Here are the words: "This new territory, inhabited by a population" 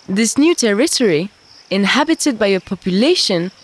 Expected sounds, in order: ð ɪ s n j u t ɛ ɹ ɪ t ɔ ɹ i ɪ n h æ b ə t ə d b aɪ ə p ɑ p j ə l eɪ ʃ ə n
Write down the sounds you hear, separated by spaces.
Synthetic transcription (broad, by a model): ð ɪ s n j u t ɛ ɹ ɪ t ɔ ɹ i ɪ n h æ b ə t ə d b aɪ ə p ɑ p j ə l eɪ ʃ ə n